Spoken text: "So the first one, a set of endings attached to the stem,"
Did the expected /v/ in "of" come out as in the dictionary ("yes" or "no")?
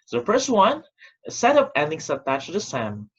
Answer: no